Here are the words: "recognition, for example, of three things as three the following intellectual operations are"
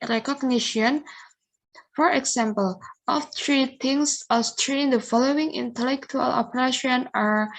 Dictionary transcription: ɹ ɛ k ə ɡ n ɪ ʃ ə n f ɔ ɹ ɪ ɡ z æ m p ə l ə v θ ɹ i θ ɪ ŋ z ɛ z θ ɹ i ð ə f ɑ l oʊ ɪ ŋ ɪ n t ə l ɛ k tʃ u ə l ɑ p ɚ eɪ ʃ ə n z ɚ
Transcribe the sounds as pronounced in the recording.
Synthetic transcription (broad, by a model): ɹ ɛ k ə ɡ n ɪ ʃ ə n f ɔ ɹ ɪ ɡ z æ m p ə l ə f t ɹ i t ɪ ŋ s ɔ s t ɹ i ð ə f ɑ l oʊ ɪ ŋ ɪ n t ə l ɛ k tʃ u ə l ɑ p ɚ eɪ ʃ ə n ɚ